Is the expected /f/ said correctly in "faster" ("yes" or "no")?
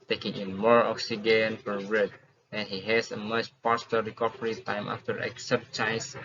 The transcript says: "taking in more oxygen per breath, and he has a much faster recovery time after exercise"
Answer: no